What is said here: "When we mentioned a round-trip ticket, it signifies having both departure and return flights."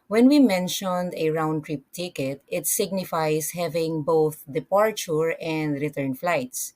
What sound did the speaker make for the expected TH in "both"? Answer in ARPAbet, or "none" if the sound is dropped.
TH